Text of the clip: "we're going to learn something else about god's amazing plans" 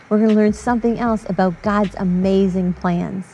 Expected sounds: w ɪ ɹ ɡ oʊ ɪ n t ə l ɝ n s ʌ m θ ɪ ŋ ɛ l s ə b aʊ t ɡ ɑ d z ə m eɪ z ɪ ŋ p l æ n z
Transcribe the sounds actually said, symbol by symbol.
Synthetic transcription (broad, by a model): w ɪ ɹ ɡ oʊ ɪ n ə l ɝ n s ʌ m θ ɪ ŋ ɛ l s ə b aʊ t ɡ ɑ d z ə m eɪ z ɪ ŋ p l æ n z